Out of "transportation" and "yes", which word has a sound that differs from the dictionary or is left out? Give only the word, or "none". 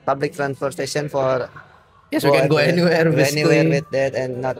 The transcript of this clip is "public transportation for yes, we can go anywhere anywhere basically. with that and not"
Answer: transportation